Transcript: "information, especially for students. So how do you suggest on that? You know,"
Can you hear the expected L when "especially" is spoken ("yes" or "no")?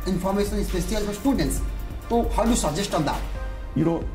no